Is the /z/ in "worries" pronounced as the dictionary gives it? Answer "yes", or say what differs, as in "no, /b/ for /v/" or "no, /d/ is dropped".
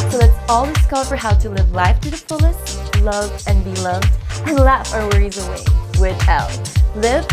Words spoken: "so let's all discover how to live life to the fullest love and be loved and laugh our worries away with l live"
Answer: yes